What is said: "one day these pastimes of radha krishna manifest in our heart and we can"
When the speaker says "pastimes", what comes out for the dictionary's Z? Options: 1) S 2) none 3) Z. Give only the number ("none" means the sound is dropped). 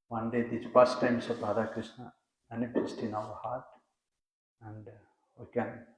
1